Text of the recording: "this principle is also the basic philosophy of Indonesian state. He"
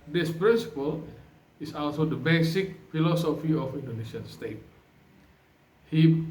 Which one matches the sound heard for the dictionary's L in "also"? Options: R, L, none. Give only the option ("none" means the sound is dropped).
L